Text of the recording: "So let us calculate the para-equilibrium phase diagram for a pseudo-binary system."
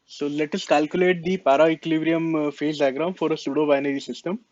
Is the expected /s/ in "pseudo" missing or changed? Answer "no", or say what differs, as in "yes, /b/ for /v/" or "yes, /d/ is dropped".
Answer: no